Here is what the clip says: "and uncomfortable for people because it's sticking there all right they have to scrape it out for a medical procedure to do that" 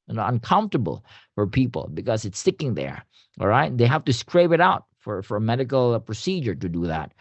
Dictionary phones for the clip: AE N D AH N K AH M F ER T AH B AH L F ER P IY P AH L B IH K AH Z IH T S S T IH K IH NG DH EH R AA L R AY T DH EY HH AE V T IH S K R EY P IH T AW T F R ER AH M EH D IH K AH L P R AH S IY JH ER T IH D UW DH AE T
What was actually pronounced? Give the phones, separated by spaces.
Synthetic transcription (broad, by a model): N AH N K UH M F T AH B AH L F ER P IY P AH L B IH K AH Z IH T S S T IH K IH NG DH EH R AA L R AY T DH EY HH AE F T IH S K R EY P IH T AW T F R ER AH M EH D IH K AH L P R AH S IY JH ER T IH D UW DH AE T